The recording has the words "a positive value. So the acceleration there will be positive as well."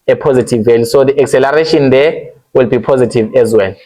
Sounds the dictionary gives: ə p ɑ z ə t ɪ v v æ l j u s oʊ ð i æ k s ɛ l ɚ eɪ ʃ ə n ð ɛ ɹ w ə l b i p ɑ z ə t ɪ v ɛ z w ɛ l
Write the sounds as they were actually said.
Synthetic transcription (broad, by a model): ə p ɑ z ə t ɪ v v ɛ l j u s oʊ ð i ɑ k s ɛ l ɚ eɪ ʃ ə n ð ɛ w ə l b i p ɑ z ə t ɪ v ɛ z w ɛ l